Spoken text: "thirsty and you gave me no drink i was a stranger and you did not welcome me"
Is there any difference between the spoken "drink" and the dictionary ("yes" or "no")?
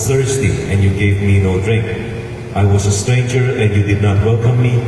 no